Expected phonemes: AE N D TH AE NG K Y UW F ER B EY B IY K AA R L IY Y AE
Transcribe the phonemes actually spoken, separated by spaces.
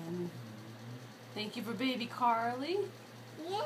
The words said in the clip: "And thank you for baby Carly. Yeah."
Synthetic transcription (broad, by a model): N TH AE NG K Y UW F ER B EY B IY K AA R L IY